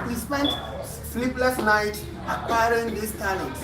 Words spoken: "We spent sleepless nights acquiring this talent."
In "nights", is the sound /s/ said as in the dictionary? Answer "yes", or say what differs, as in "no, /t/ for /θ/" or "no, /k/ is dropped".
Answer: no, /s/ is dropped